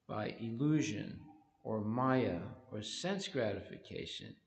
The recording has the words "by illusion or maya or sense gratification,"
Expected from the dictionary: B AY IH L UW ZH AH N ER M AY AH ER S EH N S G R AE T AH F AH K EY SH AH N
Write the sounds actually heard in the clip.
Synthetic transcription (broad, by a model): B AY IH L UW ZH AH N ER M AY AH ER S EH N S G R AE T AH F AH K EY SH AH N